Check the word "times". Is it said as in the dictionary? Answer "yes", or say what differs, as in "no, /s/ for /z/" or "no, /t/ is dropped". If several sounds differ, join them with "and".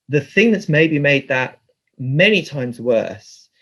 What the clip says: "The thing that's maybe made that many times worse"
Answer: yes